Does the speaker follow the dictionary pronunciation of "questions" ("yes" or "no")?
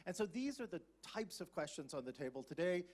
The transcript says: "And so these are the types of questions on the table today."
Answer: yes